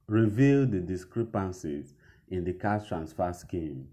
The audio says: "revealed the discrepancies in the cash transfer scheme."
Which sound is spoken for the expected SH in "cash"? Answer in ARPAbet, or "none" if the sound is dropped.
S